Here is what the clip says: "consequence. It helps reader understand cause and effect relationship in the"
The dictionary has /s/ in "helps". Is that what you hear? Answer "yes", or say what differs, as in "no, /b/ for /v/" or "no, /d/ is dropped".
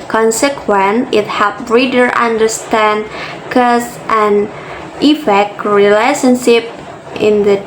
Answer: no, /s/ is dropped